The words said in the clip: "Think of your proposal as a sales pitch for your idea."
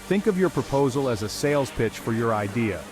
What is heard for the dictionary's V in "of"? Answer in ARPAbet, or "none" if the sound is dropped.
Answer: V